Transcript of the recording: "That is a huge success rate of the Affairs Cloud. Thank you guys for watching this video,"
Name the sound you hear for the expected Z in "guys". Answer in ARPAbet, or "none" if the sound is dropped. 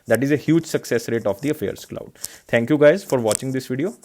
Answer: Z